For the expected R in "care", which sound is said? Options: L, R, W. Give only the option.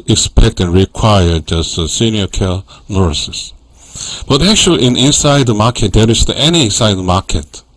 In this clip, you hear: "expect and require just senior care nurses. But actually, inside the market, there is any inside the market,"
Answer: L